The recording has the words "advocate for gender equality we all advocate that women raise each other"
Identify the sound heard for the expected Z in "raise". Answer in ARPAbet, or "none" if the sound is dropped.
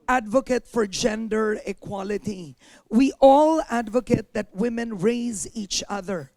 Z